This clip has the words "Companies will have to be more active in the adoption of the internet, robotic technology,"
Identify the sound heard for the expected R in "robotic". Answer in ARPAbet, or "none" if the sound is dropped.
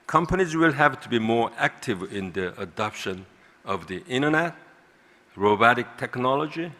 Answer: R